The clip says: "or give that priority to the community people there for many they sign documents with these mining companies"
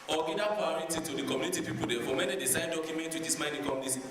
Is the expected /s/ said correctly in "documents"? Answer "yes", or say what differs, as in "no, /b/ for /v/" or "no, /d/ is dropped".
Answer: no, /s/ is dropped